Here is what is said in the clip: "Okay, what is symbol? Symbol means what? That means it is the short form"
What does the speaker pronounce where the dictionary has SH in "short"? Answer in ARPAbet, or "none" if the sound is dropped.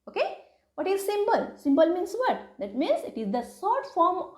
S